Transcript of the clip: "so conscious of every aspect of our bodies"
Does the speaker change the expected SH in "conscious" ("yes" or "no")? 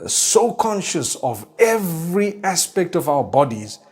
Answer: no